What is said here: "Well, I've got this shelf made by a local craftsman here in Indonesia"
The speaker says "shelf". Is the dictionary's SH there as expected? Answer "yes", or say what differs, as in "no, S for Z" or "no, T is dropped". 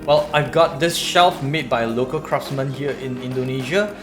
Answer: yes